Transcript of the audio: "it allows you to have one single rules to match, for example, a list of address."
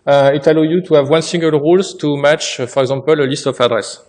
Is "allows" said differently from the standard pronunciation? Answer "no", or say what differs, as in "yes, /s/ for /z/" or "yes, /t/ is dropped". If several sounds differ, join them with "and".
yes, /z/ is dropped